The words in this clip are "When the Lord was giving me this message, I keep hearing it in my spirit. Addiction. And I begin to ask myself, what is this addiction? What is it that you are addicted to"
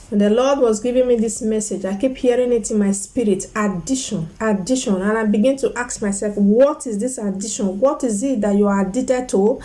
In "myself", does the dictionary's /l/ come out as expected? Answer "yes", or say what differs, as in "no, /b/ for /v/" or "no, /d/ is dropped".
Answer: yes